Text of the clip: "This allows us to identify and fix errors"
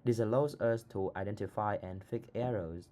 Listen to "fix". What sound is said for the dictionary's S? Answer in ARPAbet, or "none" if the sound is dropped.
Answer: none